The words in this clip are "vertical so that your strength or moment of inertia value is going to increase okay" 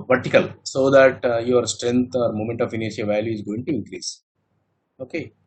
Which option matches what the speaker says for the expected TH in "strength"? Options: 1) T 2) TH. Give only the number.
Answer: 1